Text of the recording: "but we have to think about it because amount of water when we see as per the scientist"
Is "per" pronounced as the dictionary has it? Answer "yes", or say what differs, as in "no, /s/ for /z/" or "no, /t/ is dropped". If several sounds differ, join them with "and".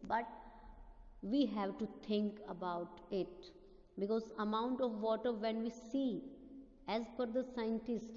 no, /f/ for /p/